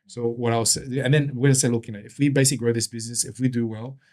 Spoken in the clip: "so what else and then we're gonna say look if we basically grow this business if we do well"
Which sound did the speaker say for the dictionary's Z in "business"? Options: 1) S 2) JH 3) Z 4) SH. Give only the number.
3